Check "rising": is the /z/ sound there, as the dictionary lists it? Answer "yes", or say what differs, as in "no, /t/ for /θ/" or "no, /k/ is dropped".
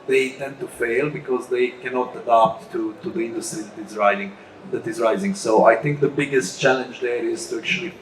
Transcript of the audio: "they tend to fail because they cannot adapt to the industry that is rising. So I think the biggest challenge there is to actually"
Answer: yes